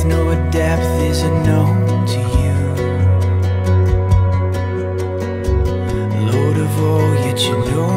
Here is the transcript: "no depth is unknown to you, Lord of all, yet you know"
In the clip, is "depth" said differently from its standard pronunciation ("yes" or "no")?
no